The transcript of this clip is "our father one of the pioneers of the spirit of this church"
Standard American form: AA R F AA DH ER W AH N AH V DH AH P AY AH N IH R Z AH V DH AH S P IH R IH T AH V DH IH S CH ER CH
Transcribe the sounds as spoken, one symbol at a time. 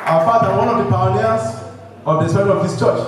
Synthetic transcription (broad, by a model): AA F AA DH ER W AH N AH V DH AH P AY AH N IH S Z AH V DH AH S AO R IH AH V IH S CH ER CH